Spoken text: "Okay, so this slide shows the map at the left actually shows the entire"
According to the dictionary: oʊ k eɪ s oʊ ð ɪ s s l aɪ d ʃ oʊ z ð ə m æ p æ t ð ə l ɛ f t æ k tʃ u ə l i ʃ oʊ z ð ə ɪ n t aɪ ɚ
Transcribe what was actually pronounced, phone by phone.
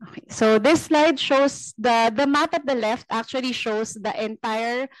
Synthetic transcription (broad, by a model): oʊ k eɪ s oʊ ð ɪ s s l aɪ d ʃ oʊ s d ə m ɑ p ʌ t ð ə l ɛ f t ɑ k tʃ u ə l i ʃ oʊ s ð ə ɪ n t aɪ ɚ